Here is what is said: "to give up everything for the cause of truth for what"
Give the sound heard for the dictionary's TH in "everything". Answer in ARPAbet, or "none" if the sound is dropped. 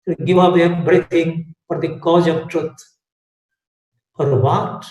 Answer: T